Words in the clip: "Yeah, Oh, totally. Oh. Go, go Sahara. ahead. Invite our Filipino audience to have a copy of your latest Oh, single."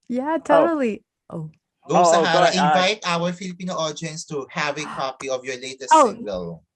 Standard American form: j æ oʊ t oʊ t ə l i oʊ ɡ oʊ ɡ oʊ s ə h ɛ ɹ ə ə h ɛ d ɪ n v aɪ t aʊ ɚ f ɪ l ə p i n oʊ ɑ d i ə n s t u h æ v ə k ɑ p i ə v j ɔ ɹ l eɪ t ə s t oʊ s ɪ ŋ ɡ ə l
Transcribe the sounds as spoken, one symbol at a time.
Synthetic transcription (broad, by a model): j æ t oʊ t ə l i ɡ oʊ ɡ oʊ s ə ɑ ə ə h ɪ n v aɪ t aʊ ɚ f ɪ l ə p i n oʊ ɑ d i n s t u h æ v ə k ɑ p i ə v j ɔ ɹ l eɪ t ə s oʊ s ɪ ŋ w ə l